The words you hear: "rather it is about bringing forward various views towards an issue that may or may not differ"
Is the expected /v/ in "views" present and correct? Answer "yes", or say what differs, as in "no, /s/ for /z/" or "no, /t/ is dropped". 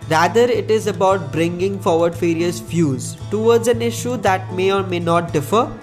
no, /f/ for /v/